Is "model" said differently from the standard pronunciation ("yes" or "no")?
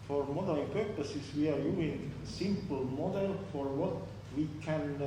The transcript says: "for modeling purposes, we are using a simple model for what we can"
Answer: no